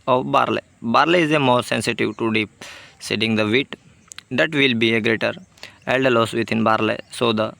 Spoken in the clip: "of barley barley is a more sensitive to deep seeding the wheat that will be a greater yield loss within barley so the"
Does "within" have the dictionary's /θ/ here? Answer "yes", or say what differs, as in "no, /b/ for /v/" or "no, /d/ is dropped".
no, /t/ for /θ/